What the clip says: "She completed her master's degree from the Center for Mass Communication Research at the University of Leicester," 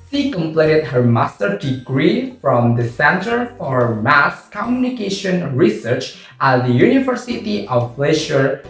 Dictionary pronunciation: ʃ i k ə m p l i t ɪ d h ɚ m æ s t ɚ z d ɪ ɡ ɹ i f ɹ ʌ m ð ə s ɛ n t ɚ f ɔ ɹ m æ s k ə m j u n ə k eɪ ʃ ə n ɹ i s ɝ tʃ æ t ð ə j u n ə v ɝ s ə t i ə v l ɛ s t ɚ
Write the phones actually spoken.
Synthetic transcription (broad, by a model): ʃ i k ə m p l i t ɪ d h ɚ m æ s t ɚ d ɪ ɡ ɹ i f ɹ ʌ m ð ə s ɛ n t ɚ f ɔ ɹ m æ s k ə m j u n ə k eɪ ʃ ə n ɹ i s ɝ tʃ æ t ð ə j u n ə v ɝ s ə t i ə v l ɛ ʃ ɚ